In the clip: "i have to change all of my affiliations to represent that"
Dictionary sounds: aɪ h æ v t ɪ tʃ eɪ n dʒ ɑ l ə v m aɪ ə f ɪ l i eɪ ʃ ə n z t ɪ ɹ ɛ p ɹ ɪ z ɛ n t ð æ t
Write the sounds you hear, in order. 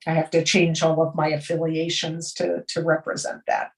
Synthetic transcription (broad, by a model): aɪ h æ f t ɪ tʃ eɪ n dʒ ɑ l ə v m aɪ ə f ɪ l i eɪ ʃ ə n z t ɪ ɹ ɛ p ɹ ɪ z ɛ n ð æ t